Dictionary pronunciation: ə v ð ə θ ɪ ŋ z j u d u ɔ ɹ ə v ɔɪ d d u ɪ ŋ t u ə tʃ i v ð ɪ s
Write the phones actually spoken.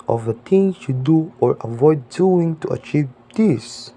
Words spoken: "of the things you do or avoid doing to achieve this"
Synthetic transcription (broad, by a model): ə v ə t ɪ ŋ j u d u ɔ ɹ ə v ɔɪ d d u ɪ ŋ t u ə tʃ i v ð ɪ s